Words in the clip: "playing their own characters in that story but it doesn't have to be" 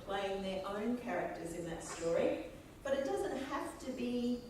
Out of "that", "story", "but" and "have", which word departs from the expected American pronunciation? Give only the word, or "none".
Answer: have